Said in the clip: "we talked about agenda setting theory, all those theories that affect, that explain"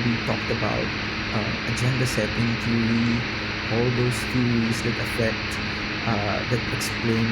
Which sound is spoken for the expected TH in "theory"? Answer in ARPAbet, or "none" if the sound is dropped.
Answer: T